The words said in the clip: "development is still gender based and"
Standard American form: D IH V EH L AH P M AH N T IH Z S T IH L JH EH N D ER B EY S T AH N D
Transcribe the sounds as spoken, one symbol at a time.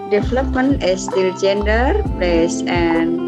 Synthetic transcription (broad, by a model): D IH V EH L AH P M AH N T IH S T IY L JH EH N D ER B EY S AH N